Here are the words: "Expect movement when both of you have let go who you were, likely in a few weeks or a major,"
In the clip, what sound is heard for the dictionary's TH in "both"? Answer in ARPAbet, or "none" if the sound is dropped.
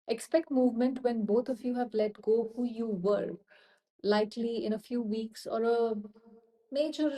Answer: T